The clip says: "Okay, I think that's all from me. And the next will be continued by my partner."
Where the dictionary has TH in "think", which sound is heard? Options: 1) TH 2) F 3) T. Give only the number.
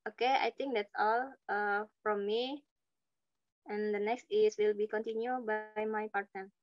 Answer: 3